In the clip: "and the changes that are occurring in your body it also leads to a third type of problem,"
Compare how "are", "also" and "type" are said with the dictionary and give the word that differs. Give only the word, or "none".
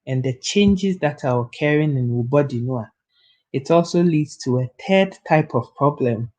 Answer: are